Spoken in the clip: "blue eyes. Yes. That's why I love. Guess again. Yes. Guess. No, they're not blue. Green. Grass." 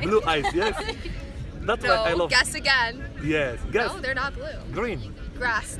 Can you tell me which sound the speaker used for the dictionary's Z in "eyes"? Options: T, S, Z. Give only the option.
S